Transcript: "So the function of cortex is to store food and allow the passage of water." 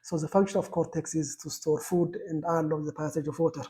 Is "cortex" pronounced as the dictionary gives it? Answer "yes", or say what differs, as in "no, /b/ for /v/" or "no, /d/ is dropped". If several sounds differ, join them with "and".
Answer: yes